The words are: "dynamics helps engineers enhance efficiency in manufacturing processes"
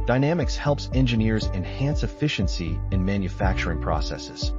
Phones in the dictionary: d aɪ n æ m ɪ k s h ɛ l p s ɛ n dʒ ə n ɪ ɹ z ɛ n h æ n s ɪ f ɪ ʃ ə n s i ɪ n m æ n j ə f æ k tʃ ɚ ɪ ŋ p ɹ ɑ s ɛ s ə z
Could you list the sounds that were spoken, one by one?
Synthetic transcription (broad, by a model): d aɪ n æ m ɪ k s h ɛ l p s ɛ n dʒ ə n ɪ ɹ z ɛ n h æ n s ɪ f ɪ ʃ ə n s i ɪ n m æ n j ə f æ k tʃ ɚ ɪ ŋ p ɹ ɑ s ɛ s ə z